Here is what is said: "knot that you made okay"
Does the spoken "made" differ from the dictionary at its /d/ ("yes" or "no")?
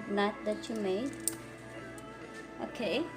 yes